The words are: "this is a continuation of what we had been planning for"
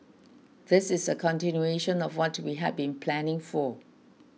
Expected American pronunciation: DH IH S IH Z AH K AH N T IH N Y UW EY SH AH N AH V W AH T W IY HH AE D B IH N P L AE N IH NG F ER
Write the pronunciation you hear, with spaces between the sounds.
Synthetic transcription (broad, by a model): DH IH S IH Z AH K AH N T IH N Y UW EY SH AH N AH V W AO T W IY HH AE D B IH N P L AE N IH NG F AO